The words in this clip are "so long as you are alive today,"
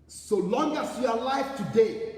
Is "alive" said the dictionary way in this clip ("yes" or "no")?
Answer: no